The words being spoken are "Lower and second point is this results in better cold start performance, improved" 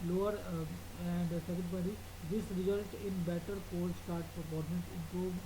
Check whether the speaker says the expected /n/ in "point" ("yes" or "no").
no